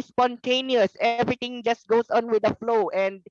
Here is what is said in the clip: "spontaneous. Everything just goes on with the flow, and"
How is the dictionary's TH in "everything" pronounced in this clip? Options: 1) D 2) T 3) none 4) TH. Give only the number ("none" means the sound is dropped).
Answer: 2